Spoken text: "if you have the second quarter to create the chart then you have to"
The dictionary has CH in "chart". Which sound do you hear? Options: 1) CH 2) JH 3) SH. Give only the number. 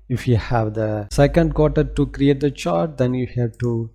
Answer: 1